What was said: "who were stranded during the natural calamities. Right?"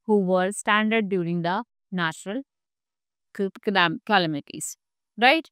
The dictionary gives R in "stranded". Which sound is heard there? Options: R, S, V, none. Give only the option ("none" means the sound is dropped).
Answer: none